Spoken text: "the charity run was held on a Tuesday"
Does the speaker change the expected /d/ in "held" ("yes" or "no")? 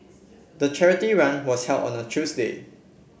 yes